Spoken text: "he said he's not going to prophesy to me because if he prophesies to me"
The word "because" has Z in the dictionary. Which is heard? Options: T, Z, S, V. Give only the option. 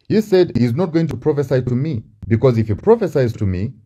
Z